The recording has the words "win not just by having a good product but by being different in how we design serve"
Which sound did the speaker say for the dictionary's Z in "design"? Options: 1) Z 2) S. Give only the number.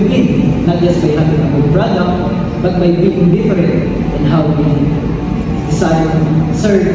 2